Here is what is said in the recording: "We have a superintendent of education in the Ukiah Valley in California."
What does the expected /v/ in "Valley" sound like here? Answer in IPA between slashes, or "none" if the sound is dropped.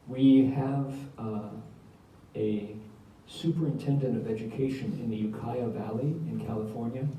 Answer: /v/